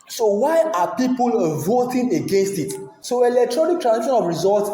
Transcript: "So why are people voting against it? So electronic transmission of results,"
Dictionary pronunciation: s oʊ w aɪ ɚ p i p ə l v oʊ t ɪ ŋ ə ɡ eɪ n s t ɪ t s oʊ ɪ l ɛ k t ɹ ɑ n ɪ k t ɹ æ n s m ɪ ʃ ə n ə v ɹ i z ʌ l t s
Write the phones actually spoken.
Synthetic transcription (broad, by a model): s oʊ w aɪ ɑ p i p ə l v oʊ t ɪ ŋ ə ɡ eɪ n s t ɪ t s oʊ ɪ l ɛ k t ɹ ɑ n ɪ k t ɹ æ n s i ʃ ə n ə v ɹ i z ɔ l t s